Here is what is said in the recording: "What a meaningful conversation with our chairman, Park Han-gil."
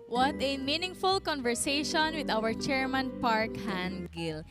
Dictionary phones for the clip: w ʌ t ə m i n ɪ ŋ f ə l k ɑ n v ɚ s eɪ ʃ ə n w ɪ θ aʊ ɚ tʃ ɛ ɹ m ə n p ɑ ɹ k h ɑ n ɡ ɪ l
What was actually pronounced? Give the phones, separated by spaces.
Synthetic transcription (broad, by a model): w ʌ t ə m i n ɪ ŋ f ə l k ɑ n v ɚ s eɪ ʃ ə n w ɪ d aʊ ɚ tʃ ɛ ɹ m ə n p ɑ ɹ k h ɑ n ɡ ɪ l